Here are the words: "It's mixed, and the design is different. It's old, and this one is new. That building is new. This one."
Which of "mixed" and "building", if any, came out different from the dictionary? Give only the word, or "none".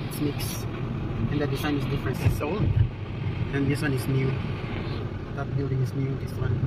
mixed